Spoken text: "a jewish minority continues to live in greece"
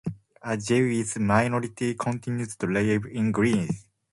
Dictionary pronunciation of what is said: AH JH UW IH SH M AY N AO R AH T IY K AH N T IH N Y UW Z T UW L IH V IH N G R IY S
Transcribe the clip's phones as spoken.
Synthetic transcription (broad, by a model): AH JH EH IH S M AY N AO R AH T IY K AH N T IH N Y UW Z T UW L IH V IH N G R IY S